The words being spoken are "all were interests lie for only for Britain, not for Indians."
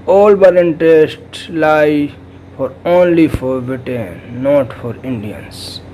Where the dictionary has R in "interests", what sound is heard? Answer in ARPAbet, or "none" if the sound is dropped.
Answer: none